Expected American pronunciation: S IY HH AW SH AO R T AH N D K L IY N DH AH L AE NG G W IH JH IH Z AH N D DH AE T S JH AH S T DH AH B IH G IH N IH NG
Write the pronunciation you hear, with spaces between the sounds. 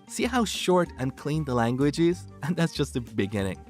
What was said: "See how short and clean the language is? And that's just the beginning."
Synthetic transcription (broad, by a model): S IY HH AW SH AO R T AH N K L IY N DH AH L AE NG G W IH JH IH Z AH N DH AE T S JH AH S T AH B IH G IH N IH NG